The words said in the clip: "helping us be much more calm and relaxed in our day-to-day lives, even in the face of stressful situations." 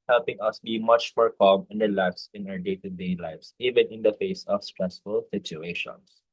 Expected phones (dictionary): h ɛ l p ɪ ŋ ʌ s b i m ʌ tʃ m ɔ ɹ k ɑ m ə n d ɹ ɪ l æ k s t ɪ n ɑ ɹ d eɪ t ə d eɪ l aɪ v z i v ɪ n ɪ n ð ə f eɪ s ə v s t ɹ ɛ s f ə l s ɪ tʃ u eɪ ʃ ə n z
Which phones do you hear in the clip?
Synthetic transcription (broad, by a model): h ɛ l p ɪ ŋ ʌ s b i m ʌ tʃ m ɔ ɹ k ɑ m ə n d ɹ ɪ l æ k s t ɪ n ɑ ɹ d eɪ t ə d eɪ l aɪ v s i v ɪ n ɪ n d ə f eɪ s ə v s t ɹ ɛ s f ə l s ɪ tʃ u eɪ ʃ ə n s